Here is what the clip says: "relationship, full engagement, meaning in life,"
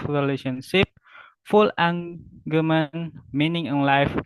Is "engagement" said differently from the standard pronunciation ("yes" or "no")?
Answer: yes